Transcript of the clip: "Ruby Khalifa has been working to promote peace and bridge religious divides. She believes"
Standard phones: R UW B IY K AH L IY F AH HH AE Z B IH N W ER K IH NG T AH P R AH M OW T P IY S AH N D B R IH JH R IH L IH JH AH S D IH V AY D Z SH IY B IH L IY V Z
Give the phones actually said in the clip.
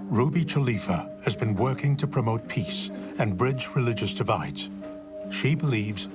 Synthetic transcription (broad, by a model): R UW B IY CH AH L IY F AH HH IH Z B IH N W ER K IH NG T AH P R AH M OW T P IY S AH N B R IH JH R IH L IH JH AH S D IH V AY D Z SH IY B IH L IY V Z